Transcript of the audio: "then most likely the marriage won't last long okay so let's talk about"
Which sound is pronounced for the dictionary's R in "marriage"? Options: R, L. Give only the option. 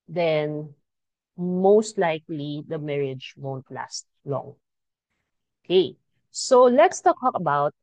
R